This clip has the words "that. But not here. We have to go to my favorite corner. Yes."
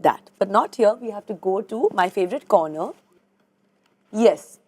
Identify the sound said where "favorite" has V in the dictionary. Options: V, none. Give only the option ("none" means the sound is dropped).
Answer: V